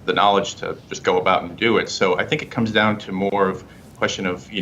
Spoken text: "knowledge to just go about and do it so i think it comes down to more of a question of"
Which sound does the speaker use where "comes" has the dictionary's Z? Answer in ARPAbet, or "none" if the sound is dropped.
Z